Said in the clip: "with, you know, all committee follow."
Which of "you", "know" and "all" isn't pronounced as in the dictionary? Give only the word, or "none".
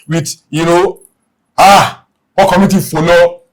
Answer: all